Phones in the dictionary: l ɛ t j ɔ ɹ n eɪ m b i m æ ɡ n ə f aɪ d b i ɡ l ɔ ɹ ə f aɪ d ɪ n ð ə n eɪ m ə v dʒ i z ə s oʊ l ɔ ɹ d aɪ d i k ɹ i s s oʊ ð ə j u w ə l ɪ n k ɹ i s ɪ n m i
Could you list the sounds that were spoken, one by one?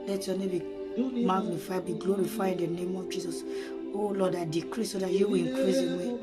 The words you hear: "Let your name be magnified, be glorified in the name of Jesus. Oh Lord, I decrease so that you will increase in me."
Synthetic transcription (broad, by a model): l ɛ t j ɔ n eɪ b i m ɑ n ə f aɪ b i ɡ l ɔ ɹ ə f aɪ ɪ n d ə n eɪ m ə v dʒ i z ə s oʊ l ɔ d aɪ d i k ɹ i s s oʊ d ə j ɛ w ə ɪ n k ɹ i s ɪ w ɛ